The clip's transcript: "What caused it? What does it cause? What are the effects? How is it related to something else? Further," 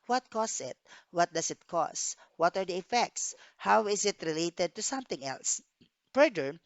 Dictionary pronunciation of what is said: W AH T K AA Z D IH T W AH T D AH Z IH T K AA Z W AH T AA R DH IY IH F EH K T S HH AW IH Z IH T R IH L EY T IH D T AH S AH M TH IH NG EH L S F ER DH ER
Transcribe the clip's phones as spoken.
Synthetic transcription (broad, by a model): W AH T K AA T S IH T W AH T D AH S IH T K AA S W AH T AA R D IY IH F EH K T S HH AW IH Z IH T R IH L EY T IH D T AH S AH M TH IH NG EH L S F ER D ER